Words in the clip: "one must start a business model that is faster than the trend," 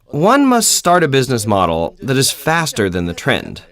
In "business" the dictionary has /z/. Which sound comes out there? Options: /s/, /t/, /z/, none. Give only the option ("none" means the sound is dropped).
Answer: /z/